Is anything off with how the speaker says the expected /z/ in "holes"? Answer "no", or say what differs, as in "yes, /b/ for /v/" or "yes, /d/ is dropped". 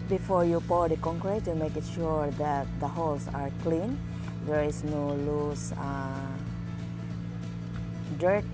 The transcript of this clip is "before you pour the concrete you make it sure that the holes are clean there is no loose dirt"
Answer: yes, /s/ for /z/